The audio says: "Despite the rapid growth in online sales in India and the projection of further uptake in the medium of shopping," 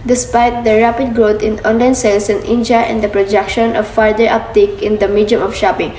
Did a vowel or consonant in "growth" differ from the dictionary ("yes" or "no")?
yes